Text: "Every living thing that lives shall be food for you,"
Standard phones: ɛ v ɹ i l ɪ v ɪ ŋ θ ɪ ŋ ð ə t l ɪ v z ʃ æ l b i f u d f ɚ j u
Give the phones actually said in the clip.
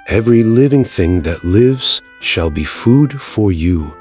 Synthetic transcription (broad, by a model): ɛ v ɹ i l ɪ v ɪ ŋ θ ɪ ŋ ð ə t l ɪ v z ʃ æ l b i f u d f ɚ j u